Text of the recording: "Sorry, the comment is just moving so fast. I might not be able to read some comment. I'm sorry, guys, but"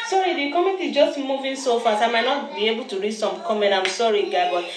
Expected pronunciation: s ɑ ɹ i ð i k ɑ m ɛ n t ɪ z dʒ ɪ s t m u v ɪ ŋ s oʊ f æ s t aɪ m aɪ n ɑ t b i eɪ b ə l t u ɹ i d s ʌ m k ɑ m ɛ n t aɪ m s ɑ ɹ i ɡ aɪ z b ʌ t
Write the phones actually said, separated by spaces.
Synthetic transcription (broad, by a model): s ɑ ɹ i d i k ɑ m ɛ t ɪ dʒ ɪ s t m u v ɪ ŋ s oʊ f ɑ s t aɪ m aɪ n ɑ t b i eɪ b ə l t u ɹ i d s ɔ m k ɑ m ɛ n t aɪ m s ɑ ɹ i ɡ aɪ b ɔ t